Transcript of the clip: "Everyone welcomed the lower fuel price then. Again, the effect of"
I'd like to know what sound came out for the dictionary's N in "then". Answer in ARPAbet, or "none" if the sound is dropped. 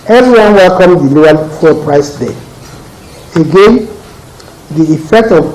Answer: none